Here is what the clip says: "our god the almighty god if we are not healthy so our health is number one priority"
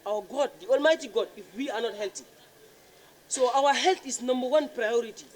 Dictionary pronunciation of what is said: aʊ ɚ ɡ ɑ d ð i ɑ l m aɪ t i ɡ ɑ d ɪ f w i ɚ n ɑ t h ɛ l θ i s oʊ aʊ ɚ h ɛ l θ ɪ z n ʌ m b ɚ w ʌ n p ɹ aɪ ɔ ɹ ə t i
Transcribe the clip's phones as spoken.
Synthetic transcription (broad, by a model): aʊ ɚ ɡ ɑ d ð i ɑ l m aɪ t i ɡ ɑ d ɪ f w i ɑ n ɑ t h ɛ l t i s oʊ aʊ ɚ h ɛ l t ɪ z n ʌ m b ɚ w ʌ n p ɹ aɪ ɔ ɹ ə t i